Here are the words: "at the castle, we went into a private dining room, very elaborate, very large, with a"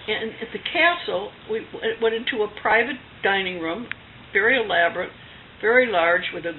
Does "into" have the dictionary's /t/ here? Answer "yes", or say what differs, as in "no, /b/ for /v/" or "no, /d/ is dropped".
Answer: yes